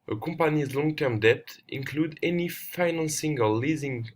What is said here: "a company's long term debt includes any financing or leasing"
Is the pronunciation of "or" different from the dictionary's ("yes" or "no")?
yes